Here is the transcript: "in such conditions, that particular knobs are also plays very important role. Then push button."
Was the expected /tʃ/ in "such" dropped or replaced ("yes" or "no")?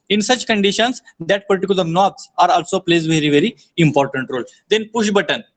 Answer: no